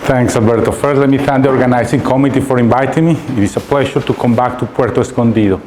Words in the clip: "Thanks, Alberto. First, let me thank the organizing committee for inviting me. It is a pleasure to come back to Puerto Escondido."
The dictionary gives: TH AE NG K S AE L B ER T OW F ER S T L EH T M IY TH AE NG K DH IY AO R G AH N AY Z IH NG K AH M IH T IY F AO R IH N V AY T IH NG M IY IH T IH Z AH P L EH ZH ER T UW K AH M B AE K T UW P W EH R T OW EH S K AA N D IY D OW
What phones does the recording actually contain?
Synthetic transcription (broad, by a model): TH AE NG K S AE L B ER T OW F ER T L EH T M IY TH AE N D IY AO R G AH N AY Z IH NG K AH M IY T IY F AO R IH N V AY T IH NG M IY IH T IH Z AH P L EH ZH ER T UW K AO M B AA K T UW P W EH R T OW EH S K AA N D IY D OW